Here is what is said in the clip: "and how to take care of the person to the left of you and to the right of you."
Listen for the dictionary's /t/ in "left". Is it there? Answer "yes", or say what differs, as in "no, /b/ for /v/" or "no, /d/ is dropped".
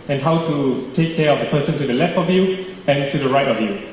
yes